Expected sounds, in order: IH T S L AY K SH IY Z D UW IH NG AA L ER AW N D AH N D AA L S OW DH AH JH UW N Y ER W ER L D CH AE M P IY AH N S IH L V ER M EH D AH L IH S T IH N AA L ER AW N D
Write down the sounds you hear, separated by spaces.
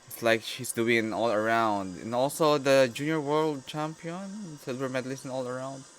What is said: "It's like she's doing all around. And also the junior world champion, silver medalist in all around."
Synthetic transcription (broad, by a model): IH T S L AY K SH IY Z D UW IH NG AA L ER AW N D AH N AA L S OW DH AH JH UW N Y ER W ER L D CH AE M P IY AH N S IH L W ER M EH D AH L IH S IH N AA L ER AW N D